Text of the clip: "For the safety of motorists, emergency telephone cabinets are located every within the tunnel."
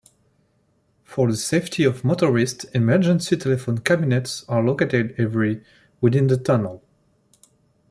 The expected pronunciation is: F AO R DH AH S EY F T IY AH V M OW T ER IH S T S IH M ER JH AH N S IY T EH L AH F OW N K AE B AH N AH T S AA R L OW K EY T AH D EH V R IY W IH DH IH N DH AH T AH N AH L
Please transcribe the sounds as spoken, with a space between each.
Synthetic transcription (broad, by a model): F AO R DH AH S EY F T IY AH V M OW T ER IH S T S IH M ER JH AH N S IY T EH L AH F OW N K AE B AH N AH T S AA R L OW K EY T AH D EH V R IY W IH DH IH N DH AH T AH N AH L